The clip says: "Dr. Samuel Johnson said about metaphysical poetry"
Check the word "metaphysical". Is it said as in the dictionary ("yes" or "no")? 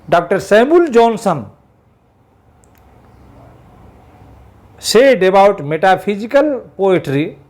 no